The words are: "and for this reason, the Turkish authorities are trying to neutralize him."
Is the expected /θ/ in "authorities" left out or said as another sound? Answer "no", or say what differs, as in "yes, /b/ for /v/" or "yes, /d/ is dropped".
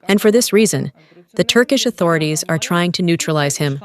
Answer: no